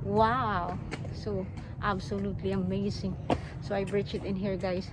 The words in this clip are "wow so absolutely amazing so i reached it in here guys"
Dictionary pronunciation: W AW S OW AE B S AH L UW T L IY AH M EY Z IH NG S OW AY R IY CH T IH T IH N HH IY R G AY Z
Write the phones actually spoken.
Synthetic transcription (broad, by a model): W AW S OW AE B S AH L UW T L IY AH M EY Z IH NG S OW AY R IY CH IH T IH N HH IY R G AY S